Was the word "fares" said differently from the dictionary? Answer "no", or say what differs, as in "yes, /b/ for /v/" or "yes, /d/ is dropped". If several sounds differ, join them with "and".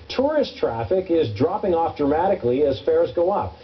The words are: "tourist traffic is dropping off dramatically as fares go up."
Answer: no